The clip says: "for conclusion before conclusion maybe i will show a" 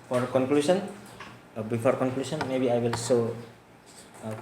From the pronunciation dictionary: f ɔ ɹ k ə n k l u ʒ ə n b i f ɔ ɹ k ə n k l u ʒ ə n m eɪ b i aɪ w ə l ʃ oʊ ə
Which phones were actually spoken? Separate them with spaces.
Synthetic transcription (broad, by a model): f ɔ ɹ k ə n k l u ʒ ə n b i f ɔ ɹ k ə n k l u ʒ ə n m eɪ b i aɪ w ə l s oʊ